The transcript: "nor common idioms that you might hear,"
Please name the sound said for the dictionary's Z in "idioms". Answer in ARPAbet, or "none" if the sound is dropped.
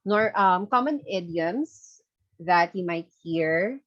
S